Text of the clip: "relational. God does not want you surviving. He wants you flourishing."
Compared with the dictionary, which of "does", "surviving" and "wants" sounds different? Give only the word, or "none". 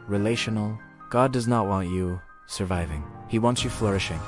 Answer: none